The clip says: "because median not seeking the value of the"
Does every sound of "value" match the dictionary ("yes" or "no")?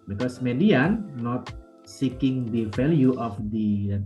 no